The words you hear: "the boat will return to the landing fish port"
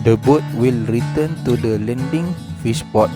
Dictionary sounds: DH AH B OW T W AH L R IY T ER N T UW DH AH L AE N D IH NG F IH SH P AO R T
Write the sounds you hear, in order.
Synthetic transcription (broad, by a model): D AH B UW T W AH L R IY T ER N T UW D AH L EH N D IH NG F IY S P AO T